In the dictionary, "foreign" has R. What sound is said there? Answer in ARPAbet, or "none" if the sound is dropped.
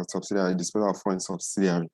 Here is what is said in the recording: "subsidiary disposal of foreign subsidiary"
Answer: none